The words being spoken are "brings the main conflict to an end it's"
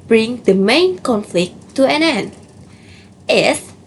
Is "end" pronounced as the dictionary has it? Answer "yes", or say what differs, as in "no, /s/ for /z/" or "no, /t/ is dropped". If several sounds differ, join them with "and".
no, /d/ is dropped